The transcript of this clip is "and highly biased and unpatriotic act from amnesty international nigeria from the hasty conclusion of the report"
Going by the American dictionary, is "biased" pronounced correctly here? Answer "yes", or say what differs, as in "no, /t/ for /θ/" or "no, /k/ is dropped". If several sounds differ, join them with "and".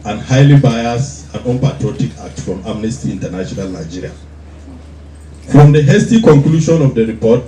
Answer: no, /t/ is dropped